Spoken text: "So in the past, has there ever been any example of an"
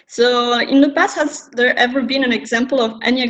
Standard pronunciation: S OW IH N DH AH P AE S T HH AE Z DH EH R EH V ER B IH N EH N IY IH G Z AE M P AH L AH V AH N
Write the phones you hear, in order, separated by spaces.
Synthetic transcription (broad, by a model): S OW IH N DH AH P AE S HH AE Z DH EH R EH V ER B IH N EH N IH G Z AE M P AH L AH V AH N